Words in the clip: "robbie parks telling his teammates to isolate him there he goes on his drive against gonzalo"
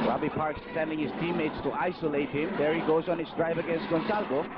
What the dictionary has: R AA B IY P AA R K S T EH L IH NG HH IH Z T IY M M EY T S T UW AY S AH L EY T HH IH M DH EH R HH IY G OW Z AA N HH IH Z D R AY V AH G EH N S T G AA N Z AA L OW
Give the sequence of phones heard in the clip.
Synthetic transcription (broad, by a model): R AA B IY P AA R K S S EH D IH NG HH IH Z T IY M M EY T S T UW AY S AH L EY T HH IH M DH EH R HH IY G OW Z AA N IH S D R AY V AH G EH N S T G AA N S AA L OW